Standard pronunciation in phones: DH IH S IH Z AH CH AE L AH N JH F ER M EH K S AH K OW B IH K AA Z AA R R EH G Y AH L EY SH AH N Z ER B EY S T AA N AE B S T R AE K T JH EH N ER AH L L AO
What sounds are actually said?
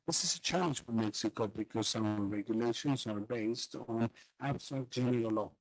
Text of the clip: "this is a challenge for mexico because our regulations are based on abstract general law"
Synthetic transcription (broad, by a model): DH IH S IH Z AH CH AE L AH N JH F ER M EH K S AH K OW B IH K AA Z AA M R EH G Y AH L EY SH AH N Z ER B EY S T N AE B S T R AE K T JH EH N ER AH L L AO